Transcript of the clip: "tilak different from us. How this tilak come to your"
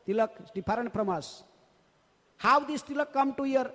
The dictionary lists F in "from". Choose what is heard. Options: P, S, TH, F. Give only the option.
P